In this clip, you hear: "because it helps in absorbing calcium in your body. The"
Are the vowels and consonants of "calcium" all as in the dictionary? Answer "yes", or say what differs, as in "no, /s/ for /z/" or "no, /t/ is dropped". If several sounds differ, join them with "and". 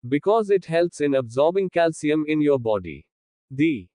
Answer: yes